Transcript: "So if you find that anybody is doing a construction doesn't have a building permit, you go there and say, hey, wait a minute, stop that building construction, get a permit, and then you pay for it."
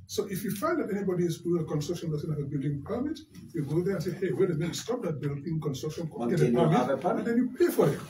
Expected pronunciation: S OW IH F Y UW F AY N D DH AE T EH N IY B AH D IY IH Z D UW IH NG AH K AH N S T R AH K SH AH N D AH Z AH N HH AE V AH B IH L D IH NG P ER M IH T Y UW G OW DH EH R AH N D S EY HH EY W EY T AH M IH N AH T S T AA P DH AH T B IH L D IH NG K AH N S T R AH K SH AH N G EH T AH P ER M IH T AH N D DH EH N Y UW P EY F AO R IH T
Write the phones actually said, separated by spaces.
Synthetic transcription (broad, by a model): S OW IH F Y UW F AY N D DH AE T EH N IY B AH D IY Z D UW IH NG AH K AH N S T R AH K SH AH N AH S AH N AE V AH B IH L D IH NG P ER M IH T Y UW G OW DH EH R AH N S EY HH EY W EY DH AH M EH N S T AA P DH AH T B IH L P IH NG K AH N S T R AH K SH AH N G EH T AH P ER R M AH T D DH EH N Y UW P EY F AO R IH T